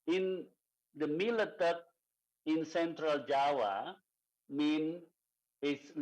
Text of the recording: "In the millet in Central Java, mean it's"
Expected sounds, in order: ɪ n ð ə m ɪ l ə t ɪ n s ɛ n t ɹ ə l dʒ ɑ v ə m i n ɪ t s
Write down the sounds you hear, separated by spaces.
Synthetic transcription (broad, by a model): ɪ n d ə m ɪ l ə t ɪ n s ɛ n t ɹ ə l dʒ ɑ w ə m i n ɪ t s